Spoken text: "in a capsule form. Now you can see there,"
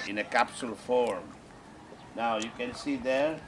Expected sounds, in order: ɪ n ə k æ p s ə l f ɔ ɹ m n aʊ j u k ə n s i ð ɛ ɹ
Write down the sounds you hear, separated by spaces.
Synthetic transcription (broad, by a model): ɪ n ə k æ p s ə l f ɔ ɹ m n aʊ j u k ə n s i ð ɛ ɹ